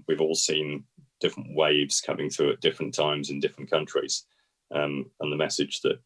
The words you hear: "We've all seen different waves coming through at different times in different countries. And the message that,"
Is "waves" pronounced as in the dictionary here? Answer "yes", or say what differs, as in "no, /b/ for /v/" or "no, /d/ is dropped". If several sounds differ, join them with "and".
yes